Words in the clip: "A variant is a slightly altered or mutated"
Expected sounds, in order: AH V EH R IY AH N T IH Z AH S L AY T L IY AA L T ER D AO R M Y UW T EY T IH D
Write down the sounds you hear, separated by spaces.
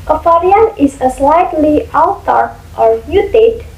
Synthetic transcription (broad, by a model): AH F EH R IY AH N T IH S AH S L AY T L IY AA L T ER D AO R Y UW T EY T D